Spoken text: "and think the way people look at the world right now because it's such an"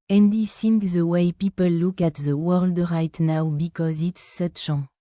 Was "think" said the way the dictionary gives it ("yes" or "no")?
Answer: no